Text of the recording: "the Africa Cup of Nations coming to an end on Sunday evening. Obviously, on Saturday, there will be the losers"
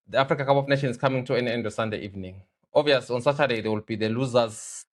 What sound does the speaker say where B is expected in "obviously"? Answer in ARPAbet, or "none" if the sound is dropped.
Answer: none